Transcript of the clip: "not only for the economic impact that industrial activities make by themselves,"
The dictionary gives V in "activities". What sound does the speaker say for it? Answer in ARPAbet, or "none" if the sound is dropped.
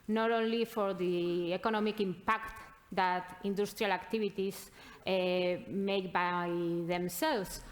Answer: B